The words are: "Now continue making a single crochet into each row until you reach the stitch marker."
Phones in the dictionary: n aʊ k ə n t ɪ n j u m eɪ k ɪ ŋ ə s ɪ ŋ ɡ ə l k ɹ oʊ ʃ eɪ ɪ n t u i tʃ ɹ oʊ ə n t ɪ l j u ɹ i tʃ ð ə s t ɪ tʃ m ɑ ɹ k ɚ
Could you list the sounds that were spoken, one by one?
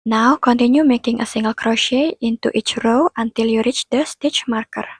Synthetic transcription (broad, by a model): n aʊ k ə n t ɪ n j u m eɪ k ɪ ŋ ə s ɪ ŋ ɡ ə l k ɹ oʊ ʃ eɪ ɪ n t u i tʃ ɹ oʊ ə n t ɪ l j u ɹ i tʃ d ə s t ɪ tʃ m ɑ ɹ k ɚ